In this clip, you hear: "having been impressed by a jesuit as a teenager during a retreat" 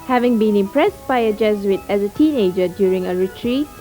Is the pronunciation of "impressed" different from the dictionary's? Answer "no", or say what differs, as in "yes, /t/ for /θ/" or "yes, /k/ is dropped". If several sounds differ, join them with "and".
no